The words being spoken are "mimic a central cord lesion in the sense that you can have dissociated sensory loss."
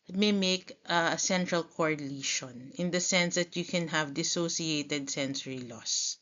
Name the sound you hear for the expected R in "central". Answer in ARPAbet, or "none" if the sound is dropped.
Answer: R